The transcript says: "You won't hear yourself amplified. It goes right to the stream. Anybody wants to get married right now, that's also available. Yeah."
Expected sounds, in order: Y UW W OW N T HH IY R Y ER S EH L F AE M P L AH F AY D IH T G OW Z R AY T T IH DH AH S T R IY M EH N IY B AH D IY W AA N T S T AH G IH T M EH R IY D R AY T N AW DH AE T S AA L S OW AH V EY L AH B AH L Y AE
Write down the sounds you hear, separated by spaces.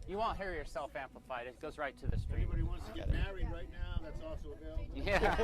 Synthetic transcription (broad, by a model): Y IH W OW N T HH IY R Y ER S EH L F AE M P L AH F AY D IH T G OW Z R AY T T IH DH AH S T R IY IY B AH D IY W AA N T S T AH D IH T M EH R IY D R AY T N AW DH AE T S AA L S OW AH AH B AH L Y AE